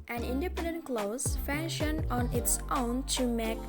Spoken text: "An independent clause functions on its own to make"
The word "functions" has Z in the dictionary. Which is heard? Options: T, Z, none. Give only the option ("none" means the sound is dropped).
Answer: none